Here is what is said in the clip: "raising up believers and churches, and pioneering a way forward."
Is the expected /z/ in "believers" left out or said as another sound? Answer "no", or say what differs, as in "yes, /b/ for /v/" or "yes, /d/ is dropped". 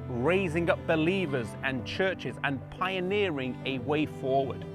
no